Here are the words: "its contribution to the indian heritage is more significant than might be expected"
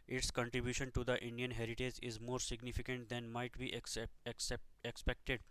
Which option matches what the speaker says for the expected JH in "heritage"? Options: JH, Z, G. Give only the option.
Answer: JH